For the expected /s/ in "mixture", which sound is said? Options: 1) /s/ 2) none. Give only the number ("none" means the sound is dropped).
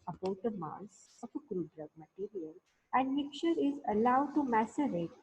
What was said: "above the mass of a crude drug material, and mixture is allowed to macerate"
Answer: 2